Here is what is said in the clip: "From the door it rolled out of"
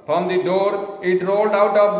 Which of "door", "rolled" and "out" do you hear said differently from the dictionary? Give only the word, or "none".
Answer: none